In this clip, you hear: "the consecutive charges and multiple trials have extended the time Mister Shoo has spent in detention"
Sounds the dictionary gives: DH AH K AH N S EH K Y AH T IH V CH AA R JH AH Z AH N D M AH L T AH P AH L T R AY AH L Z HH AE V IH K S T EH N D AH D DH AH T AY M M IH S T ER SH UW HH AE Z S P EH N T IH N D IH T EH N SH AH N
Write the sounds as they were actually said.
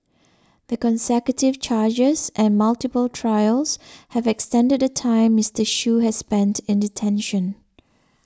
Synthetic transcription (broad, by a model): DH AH K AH N S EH K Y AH T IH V CH AA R JH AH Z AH N M AH L T AH P AH L T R AY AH L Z HH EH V IH K S T EH N D AH D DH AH T AY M M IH S T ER SH UW HH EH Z S P EH N T IH N D IH T EH N SH AH N